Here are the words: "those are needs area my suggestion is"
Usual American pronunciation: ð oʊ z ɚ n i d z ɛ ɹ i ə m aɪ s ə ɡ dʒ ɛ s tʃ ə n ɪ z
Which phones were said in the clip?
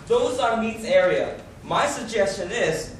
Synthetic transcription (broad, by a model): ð oʊ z ɚ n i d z ɛ ɹ i ə m aɪ s ə ɡ dʒ ɛ s tʃ ə n ɪ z